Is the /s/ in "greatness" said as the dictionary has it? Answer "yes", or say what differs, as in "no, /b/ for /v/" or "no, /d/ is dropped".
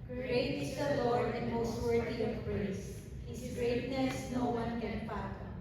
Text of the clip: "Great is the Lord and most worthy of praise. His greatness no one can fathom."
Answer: yes